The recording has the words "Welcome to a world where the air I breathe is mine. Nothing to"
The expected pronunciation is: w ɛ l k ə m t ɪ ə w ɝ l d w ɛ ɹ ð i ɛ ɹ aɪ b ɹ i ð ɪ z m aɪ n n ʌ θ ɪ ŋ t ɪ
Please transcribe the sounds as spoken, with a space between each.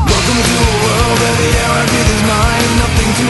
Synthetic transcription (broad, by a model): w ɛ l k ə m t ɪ ə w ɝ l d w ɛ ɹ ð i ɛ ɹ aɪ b i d ɪ z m aɪ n n ʌ θ ɪ ŋ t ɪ